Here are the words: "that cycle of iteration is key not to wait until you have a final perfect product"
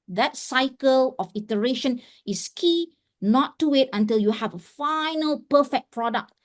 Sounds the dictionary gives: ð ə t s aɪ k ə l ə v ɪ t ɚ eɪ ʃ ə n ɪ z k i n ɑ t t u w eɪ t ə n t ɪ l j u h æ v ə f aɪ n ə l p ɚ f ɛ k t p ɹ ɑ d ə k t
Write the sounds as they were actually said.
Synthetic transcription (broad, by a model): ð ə t s aɪ k ə l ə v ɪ t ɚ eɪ ʃ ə n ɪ s k i n ɑ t t u w eɪ t ə n t ɪ l j u h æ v ə f aɪ n ə l p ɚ f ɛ k p ɹ ɑ d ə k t